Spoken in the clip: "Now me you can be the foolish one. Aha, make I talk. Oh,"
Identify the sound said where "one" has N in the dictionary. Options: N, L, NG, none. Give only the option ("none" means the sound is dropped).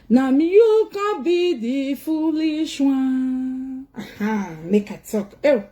none